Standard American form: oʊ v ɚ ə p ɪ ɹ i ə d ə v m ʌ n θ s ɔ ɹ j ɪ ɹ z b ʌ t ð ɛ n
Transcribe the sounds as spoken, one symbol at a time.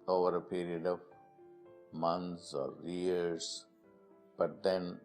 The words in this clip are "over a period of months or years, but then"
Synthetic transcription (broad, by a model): oʊ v ɚ ə p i ɹ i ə d ə v m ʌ n t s ɔ ɹ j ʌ ɹ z b ʌ t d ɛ n